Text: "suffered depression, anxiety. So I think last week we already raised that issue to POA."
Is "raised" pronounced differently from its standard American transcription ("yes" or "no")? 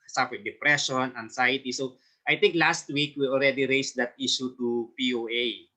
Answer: yes